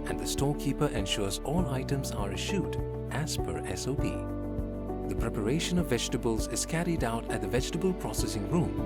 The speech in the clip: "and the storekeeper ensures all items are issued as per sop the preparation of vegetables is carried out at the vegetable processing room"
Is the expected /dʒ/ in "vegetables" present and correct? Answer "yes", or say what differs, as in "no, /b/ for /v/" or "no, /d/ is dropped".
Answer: yes